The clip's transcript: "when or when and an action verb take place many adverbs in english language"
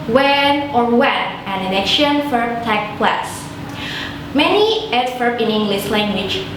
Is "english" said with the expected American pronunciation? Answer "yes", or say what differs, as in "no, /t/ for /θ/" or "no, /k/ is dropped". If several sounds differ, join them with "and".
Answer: no, /s/ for /ʃ/